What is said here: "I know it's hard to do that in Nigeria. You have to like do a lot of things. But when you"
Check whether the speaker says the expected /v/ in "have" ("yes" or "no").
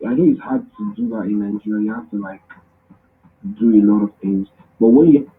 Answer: no